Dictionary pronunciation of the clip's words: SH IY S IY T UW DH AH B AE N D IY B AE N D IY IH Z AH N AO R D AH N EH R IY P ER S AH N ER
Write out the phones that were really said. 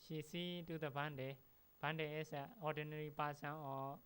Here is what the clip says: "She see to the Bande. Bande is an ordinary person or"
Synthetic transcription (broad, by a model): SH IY S IY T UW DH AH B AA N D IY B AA N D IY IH S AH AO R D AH N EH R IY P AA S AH AO